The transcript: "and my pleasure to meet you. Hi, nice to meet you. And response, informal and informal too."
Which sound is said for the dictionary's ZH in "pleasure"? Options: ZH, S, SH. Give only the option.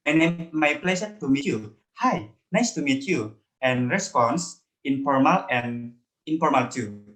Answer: S